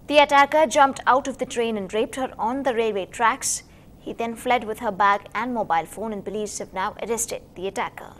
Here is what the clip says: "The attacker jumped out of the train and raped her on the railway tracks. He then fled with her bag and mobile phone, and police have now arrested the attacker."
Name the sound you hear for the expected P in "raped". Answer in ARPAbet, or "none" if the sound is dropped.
P